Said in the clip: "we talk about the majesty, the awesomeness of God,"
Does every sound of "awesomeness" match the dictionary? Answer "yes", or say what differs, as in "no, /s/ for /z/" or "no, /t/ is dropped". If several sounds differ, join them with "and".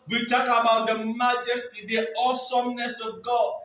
yes